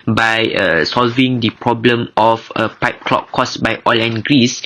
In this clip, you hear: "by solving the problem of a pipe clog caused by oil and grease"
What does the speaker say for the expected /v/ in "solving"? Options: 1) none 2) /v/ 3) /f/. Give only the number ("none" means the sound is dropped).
2